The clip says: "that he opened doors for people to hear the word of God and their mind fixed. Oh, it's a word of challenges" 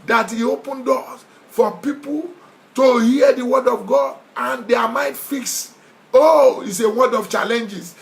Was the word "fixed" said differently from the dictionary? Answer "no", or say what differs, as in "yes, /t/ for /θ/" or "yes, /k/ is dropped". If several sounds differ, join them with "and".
yes, /t/ is dropped